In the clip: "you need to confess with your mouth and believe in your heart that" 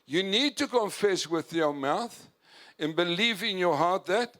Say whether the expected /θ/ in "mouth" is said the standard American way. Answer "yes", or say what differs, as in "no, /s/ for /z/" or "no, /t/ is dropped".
yes